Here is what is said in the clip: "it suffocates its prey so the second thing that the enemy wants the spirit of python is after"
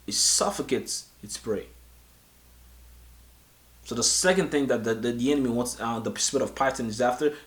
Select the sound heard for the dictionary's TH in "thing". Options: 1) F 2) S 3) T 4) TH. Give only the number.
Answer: 4